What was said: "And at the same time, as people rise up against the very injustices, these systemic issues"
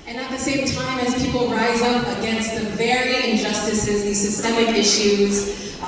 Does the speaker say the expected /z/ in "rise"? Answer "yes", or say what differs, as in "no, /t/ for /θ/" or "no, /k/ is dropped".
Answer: yes